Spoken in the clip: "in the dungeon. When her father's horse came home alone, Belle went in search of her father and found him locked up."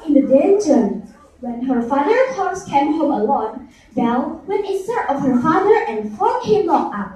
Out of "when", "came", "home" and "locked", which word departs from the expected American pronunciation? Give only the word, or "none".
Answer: locked